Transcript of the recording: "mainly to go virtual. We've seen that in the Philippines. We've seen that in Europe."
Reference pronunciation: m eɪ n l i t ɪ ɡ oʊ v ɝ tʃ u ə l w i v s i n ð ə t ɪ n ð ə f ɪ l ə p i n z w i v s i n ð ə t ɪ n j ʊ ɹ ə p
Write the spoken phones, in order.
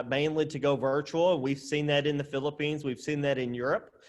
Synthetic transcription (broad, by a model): m eɪ n l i t ɪ ɡ oʊ v ɝ tʃ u l w i v s i n ð ə t ɪ n ð ə f ɪ l ə p i n z w i v s i n ð ə t ɪ n j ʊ ɹ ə p